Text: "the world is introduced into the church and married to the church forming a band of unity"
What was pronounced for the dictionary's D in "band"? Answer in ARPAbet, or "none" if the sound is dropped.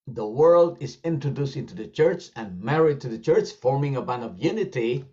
none